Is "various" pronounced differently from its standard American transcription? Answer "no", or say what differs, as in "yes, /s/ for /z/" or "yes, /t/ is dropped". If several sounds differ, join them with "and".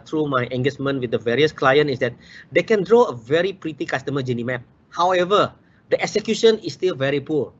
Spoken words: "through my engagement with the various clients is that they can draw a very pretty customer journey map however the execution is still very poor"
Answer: no